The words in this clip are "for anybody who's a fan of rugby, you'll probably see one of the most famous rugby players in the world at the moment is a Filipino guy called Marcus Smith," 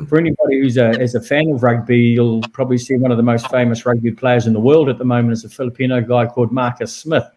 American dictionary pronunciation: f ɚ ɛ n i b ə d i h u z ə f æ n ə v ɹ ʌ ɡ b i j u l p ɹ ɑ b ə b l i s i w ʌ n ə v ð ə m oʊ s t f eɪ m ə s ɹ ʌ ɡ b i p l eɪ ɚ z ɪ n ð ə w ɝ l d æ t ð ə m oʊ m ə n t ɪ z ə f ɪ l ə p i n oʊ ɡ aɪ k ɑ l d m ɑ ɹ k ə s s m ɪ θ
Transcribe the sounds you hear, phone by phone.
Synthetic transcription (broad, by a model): f ɚ ɛ n i b ə d i h u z ə f æ n ə v ɹ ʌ ɡ b i j u l p ɹ ɑ b ə b l i s i w ʌ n ə v ð ə m oʊ s t f eɪ m ə s ɹ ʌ ɡ b i p l eɪ ɚ z ɪ n ð ə w ɝ l d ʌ t ð ə m oʊ m ə n t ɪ s ə f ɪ l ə p i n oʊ ɡ aɪ k ɑ l d m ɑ ɹ k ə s s m ɪ θ